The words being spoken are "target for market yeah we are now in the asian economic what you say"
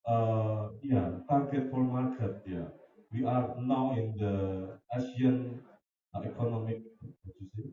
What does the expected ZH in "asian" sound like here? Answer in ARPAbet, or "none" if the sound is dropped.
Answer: S